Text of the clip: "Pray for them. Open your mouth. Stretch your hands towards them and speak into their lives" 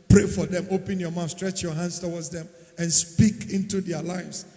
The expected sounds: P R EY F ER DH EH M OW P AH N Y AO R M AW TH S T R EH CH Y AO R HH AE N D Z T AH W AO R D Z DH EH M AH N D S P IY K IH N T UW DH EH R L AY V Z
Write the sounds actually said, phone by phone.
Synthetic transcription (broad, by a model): P R EY F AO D EH M OW P AH N Y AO M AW F S T R EH CH Y AO HH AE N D S T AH W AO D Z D EH M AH N S P IY K IH N T UW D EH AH L AY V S